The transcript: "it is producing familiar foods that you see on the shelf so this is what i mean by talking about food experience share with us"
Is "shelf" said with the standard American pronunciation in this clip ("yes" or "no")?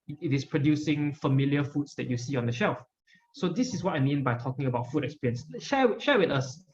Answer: yes